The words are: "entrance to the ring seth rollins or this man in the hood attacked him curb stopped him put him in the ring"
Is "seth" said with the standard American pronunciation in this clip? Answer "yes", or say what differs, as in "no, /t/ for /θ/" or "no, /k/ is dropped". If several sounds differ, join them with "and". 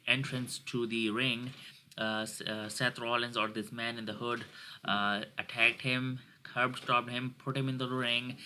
no, /t/ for /θ/